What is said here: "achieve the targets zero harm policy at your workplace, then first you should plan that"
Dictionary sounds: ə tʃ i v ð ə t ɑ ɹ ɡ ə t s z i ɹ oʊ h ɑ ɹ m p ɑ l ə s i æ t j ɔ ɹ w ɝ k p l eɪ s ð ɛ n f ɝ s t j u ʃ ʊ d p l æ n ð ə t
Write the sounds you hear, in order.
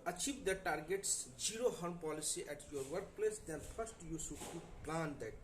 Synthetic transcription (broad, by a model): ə tʃ i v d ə t ɑ ɹ ɡ ə t s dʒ i ɹ oʊ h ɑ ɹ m p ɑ l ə s i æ t j ɔ ɹ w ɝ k p l eɪ s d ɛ n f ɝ s t j u s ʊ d p l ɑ n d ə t